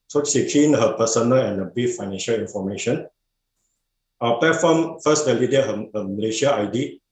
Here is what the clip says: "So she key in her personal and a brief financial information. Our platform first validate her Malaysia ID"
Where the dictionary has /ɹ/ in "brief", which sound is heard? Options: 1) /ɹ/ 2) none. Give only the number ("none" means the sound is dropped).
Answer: 2